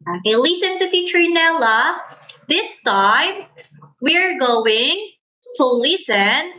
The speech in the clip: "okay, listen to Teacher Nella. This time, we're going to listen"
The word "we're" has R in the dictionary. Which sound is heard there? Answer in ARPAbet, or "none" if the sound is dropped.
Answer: R